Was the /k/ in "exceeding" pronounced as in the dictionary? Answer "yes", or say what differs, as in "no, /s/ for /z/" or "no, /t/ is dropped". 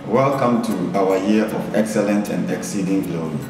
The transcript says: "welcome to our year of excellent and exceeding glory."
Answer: yes